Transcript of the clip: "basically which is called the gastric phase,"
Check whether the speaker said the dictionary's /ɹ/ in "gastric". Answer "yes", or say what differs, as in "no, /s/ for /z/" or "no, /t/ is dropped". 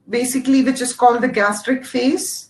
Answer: yes